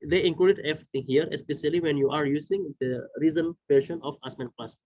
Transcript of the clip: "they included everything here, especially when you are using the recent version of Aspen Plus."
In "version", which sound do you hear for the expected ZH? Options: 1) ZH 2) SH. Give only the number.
2